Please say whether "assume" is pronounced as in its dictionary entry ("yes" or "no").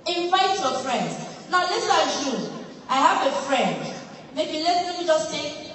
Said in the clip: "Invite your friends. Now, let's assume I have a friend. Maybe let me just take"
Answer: no